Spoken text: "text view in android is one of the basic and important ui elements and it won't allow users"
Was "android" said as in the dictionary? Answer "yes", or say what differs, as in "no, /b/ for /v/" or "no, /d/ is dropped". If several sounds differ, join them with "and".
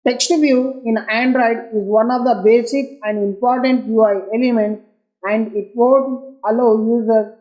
yes